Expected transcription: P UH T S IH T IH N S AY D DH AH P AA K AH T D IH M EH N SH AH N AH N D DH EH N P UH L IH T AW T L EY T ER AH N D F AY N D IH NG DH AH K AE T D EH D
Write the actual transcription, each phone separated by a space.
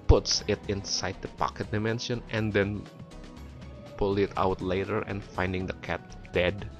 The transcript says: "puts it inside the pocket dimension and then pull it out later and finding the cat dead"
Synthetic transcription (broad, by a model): P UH T S IH T IH N S AY D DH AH P AA K AH T D IH M EH N SH AH N AH N D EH N P UH L IH T AW T L EY T ER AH N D F AY N D IH NG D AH K AE T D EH D